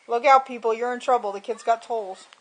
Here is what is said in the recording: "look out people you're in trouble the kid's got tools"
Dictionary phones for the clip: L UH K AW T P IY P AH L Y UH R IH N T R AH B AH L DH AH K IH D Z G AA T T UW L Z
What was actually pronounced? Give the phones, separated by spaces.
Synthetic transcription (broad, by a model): L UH K AW T P IY P L Y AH R IH N T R AH B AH L DH AH K IH D Z G AA T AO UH L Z